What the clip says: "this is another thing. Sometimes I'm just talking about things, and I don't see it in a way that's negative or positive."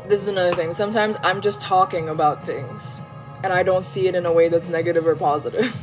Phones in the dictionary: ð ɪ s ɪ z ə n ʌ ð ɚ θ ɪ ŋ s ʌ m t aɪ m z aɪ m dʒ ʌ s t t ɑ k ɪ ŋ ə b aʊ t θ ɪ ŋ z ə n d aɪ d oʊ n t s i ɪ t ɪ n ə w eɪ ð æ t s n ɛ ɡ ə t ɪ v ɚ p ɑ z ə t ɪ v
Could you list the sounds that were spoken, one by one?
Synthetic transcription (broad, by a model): ð ɪ s ɪ z ə n ʌ ð ɚ θ ɪ ŋ s ʌ m t aɪ m z aɪ m dʒ ʌ s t t ɑ k ɪ ŋ ə b aʊ t θ ɪ ŋ z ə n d aɪ d oʊ n t s i ɪ t ɪ n ə w eɪ ð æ t s n ɛ ɡ ə t ɪ v ɚ p ɑ z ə t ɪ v